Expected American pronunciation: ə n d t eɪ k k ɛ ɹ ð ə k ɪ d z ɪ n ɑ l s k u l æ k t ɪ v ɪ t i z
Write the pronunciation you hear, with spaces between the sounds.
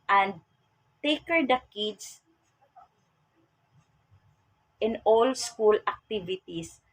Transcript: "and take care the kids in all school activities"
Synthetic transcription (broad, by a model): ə n d t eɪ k k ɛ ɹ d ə k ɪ d s ɪ n ɑ l s k u l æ k t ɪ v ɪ t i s